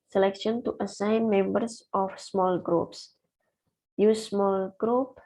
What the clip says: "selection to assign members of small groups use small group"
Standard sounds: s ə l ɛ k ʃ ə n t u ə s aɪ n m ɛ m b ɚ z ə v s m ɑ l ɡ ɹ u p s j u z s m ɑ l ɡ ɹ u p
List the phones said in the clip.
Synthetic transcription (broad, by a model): s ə l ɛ k ʃ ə n t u ə s aɪ n m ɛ m b ɚ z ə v s m ɑ l ɡ ɹ u p s j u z s m ɑ l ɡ ɹ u p